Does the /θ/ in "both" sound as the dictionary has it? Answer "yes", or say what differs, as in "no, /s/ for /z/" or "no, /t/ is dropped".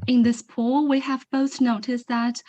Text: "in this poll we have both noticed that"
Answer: yes